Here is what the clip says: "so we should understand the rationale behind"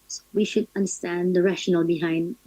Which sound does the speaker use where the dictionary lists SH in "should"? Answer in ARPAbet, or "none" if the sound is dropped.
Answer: SH